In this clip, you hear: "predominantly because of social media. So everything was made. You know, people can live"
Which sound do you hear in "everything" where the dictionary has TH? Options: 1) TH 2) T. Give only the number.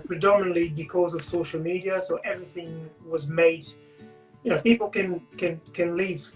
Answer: 1